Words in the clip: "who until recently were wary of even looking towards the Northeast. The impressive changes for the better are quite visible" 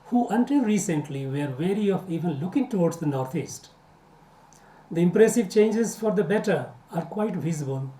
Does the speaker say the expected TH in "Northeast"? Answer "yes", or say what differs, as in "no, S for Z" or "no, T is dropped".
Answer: no, T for TH